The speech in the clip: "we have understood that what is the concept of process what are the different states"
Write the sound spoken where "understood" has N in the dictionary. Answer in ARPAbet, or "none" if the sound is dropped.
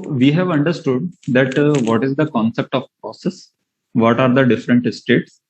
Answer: N